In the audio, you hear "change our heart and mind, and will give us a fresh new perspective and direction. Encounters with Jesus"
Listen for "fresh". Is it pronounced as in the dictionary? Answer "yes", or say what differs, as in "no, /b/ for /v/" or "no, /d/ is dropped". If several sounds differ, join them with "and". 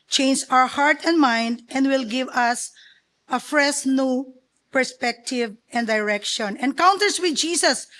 no, /s/ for /ʃ/